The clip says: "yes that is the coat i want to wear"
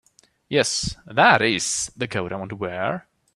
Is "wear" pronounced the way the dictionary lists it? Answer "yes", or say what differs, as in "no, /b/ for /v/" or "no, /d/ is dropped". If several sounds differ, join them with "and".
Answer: yes